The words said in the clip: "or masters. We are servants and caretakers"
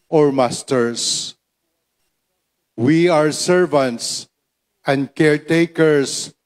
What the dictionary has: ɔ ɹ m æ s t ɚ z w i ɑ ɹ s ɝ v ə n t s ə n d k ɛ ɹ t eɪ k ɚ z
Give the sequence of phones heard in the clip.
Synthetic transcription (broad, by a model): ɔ ɹ m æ s t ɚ s w i ɑ ɹ s ɝ v ə n t s ə n d k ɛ ɹ t eɪ k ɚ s